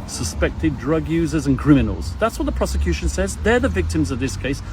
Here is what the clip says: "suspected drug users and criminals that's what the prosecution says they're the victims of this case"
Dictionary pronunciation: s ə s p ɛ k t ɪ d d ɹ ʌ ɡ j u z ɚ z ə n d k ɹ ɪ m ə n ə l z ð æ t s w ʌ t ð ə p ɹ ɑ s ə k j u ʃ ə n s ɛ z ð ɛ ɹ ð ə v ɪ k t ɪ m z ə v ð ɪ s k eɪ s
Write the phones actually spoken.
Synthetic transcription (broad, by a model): s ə s p ɛ k t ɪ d d ɹ ʌ ɡ j u z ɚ z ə n k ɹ ɪ m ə n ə l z ð æ t s w ʌ t ð ə p ɹ ɑ s ə k j u ʃ ə n s ɛ z ð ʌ ɹ ð ə v ɪ k t ɪ m z ə v ð ɪ s k eɪ s